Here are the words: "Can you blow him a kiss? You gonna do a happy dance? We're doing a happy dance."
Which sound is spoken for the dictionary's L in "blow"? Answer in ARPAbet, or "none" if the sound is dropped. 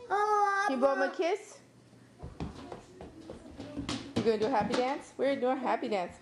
none